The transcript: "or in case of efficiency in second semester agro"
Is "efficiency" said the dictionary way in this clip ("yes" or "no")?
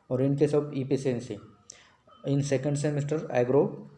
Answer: no